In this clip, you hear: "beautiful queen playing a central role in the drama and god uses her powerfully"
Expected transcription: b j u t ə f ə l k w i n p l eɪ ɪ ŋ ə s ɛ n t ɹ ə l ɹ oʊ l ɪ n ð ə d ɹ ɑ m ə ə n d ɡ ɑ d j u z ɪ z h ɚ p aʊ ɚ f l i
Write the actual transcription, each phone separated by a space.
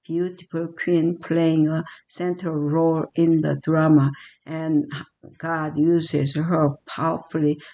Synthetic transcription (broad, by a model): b j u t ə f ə l k w i n p l eɪ ɪ ŋ ə s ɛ n t ə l ɹ oʊ l ɪ n ð ə d ɹ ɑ m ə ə n ɡ ɑ d j u z ɪ z h ɚ p aʊ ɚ f l i